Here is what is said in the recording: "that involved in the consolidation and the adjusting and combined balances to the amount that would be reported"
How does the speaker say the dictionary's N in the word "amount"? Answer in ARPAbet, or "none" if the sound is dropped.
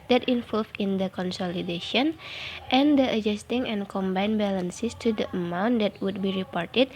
N